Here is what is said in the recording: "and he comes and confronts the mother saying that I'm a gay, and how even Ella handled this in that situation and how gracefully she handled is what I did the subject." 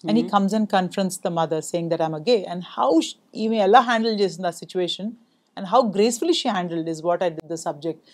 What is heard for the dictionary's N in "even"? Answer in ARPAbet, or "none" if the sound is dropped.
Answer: none